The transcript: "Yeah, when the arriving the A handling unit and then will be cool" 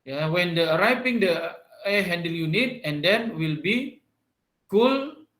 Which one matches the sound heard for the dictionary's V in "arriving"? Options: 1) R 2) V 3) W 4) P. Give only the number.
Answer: 4